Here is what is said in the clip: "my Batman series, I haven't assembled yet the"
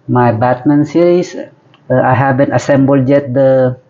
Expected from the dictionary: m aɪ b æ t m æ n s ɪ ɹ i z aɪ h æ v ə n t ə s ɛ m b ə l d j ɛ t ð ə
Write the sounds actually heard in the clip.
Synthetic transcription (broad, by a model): m aɪ b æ t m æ n s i ɹ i s aɪ h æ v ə n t ə s ɛ m b ə l d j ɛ t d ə